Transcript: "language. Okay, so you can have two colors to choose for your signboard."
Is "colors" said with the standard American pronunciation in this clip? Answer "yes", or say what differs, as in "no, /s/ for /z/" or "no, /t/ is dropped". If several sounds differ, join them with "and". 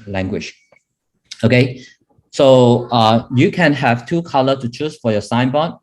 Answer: no, /z/ is dropped